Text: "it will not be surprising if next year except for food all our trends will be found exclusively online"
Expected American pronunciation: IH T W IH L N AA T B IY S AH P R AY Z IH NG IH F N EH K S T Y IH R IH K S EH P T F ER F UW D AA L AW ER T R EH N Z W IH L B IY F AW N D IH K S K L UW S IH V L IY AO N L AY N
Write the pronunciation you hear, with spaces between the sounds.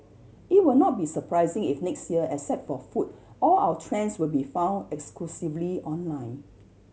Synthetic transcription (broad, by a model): IH T W IH L N AA T B IY S AH P R AY Z IH NG IH F N EH K S T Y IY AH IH S EH T F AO F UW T AA L AW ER T R EH N S W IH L B IY F AW N D IH K S K L UW S IH V L IY AO N L AY N